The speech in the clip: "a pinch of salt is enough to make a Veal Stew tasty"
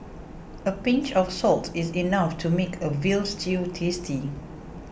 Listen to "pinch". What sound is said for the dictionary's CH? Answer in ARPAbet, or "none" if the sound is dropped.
CH